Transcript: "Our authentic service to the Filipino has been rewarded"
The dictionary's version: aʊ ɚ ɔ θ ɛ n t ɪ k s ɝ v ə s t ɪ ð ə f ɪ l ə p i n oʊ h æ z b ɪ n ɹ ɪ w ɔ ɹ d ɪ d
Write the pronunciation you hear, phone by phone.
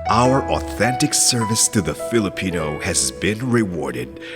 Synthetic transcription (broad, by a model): aʊ ɚ ɔ θ ɛ n t ɪ k s ɝ v ə s t ɪ ð ə f ɪ l ə p i n oʊ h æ z b ɪ n ɹ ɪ w ɔ ɹ d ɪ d